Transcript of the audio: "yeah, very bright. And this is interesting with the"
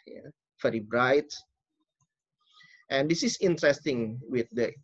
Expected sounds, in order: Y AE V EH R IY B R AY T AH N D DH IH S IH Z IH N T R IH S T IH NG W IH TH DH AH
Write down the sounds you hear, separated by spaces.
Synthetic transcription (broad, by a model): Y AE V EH R IY B R AY T AH N D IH S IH S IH N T R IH S T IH NG W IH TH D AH